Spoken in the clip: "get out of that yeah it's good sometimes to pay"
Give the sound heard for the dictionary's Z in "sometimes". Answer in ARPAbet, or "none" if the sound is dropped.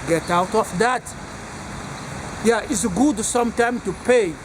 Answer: none